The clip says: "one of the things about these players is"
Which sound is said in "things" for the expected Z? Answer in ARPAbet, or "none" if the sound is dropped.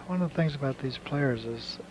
Z